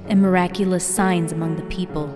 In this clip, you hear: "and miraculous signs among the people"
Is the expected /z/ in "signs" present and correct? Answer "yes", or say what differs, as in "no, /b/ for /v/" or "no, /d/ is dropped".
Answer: yes